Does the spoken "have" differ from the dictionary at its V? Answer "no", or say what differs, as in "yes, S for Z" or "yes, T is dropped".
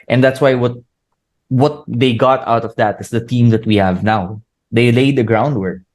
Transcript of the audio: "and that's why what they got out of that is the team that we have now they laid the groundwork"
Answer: no